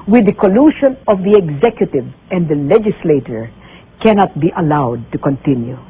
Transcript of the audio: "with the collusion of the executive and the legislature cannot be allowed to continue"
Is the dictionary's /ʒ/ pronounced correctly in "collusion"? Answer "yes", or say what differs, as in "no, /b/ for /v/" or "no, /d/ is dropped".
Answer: no, /ʃ/ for /ʒ/